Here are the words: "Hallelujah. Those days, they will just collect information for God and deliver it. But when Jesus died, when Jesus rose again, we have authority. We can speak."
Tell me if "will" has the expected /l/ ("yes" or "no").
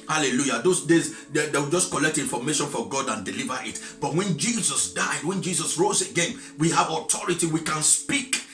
no